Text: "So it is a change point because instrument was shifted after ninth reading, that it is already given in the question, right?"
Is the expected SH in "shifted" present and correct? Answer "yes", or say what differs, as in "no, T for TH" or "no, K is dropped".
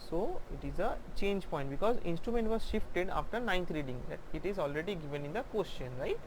yes